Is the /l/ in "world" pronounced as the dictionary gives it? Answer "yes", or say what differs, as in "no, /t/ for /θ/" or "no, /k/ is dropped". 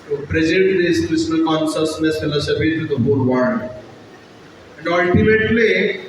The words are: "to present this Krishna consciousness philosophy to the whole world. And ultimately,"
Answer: no, /n/ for /l/